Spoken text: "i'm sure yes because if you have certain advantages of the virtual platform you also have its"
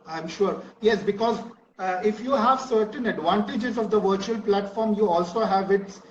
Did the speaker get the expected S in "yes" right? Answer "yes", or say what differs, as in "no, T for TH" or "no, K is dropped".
yes